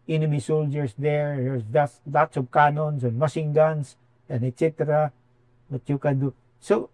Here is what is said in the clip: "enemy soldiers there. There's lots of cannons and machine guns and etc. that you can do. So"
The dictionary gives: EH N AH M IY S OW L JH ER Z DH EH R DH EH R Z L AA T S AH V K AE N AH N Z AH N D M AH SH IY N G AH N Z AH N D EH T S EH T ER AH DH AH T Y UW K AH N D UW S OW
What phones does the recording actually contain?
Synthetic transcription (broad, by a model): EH N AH M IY S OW L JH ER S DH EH R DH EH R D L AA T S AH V K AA N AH N S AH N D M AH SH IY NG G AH N S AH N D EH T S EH T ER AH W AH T Y UW K AH N D UW S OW